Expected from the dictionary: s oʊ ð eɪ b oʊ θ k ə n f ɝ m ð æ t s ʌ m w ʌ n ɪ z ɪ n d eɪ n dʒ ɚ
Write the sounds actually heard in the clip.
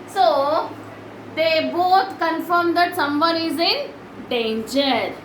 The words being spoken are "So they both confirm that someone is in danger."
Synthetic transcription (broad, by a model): s oʊ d eɪ b oʊ t k ə n f ɝ m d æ t s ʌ m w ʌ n ɪ z ɪ n d eɪ n dʒ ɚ